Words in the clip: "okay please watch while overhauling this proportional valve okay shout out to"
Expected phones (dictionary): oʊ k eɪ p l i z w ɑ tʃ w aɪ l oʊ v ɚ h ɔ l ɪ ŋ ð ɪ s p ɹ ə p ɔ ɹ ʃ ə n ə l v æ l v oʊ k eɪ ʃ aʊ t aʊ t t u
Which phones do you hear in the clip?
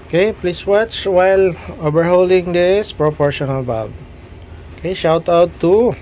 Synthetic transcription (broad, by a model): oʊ k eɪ p l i s w ɑ tʃ w aɪ l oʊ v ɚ h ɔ l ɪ ŋ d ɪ s p ɹ ə p ɔ ɹ ʃ ə n ə l b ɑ v oʊ k eɪ ʃ aʊ t aʊ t t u